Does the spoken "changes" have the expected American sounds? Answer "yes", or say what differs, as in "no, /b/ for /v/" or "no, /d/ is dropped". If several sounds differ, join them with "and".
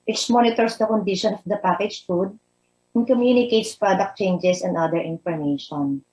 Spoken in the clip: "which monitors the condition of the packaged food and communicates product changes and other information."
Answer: no, /s/ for /z/